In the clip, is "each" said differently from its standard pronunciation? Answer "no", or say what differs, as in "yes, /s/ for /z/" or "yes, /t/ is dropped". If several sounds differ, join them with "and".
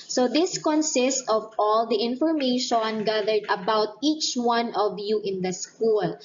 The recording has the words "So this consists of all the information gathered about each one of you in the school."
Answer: no